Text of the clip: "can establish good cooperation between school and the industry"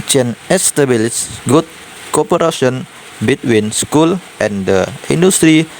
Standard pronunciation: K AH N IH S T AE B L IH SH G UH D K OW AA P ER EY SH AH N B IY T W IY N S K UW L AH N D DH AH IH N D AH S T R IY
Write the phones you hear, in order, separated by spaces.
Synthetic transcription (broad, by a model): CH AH N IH S T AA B L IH S G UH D K OW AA P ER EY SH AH N B IY T W IY N S K UW L AH N D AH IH N D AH S T R IY